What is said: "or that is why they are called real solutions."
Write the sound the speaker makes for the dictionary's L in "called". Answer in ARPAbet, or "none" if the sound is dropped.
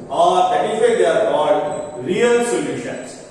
none